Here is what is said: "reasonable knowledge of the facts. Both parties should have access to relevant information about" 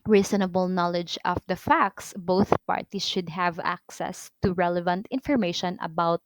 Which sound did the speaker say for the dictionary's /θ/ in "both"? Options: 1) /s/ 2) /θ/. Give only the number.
2